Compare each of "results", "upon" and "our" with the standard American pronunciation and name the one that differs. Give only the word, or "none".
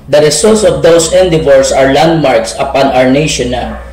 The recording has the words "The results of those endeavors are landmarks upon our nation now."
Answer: results